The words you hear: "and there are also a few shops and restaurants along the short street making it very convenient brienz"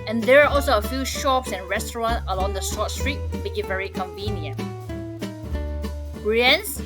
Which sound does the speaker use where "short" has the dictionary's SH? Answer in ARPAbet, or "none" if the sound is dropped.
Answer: S